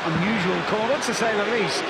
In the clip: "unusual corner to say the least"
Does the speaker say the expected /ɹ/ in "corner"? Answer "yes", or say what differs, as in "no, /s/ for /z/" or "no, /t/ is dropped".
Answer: no, /w/ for /ɹ/